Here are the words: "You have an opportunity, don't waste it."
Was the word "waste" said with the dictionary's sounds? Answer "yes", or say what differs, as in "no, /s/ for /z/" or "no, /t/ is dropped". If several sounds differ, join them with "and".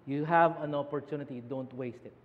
yes